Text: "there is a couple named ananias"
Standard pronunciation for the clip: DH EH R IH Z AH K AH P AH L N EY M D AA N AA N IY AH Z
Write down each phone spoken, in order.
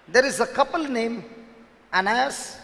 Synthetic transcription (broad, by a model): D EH R IH Z AH K AH P AH L N EY M AA N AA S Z